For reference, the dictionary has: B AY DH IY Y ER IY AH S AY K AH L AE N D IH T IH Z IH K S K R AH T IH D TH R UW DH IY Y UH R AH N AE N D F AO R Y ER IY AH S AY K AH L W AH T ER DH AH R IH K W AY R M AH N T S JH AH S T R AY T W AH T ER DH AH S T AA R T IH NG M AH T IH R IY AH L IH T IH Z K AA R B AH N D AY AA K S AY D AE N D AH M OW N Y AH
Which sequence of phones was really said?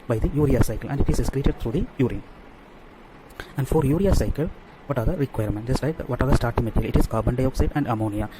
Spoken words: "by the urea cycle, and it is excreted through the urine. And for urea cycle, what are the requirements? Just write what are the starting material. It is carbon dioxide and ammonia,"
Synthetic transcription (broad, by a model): B AY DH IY Y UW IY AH S AY K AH L AE N D IH T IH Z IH S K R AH T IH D T R UW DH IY Y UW R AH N AE N D F AO R Y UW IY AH S AY K AH L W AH T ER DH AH R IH K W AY R M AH N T JH AH S T L AY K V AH T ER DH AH S T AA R T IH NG M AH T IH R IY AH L IH T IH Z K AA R B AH N D AY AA K S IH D AE N D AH M OW N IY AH